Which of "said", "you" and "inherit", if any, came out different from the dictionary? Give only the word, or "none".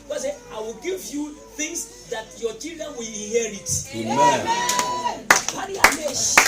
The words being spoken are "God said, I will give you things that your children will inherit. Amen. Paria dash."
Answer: said